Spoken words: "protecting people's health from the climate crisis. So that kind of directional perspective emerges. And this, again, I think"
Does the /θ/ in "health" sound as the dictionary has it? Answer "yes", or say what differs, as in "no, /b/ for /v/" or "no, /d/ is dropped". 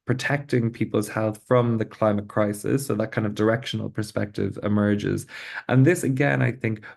yes